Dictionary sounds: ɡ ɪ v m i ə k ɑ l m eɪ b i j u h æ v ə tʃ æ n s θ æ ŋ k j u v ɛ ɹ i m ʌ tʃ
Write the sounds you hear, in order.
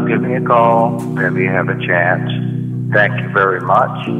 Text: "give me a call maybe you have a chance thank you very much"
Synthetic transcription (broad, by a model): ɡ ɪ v m i ə k ɑ l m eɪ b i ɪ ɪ v ə tʃ æ n s θ æ ŋ k j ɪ v ɛ ɹ i m ʌ tʃ